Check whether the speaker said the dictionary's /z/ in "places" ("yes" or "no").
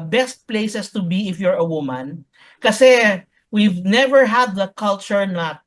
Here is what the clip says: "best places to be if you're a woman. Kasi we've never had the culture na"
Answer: no